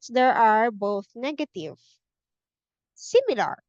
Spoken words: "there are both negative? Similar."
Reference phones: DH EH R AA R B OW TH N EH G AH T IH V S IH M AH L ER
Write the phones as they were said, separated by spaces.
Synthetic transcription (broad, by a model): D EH R AA R B OW TH N EH G AH T IH V S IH M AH L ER